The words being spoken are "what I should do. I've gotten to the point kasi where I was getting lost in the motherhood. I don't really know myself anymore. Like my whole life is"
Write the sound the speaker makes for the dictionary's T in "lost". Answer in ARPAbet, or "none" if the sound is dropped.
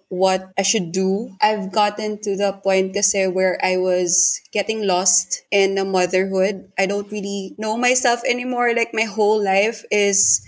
T